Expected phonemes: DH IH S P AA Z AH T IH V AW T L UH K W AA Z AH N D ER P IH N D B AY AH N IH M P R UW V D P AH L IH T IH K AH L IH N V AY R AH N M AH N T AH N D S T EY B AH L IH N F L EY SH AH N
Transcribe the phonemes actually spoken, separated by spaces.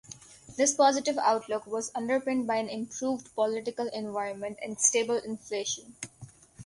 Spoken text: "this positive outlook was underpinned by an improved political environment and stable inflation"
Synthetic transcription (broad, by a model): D IH S P AA Z AH T IH V AW T L UH K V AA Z AH N D ER P IH N D B AY AH N IH M P R UW V D P AH L IH T IH K AH L IH N V AY R AH N M AH N T AH N D S T EY B AH L IH N F L EY SH AH N